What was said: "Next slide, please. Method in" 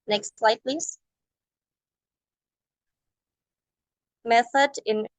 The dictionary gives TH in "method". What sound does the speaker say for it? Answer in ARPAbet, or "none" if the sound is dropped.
TH